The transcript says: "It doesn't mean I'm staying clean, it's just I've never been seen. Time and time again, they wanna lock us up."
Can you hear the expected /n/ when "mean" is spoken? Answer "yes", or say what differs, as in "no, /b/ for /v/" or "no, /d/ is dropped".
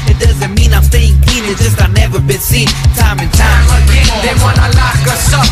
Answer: yes